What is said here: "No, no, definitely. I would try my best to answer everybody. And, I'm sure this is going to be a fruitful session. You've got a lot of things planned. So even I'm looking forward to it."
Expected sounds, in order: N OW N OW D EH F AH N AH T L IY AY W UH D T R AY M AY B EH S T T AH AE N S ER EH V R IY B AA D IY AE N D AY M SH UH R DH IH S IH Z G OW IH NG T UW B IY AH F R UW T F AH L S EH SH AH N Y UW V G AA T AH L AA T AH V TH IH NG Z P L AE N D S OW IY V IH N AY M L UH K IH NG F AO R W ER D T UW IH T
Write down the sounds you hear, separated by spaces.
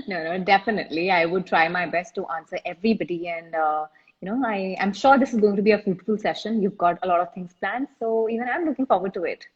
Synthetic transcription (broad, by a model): N OW N OW D EH F AH N AH T L IY AY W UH D T R AY M AY B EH S T T AH N S ER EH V R IY B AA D IY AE N D AY M SH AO R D IH S IH Z G OW IH NG T UW B IY AH F UW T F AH L S EH SH AH N Y UW V G AA T AH L AA T AH V T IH NG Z P L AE N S S OW IY V IH N AY M L UH K IH NG F AO R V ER D T UW IH T